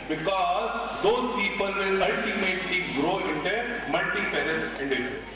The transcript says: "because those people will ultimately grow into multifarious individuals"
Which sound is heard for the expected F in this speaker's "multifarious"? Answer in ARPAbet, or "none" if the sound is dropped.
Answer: P